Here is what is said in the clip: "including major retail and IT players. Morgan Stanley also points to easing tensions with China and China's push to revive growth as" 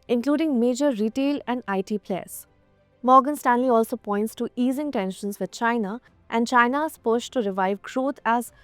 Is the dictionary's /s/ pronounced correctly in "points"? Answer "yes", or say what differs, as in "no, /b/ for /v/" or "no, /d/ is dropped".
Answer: yes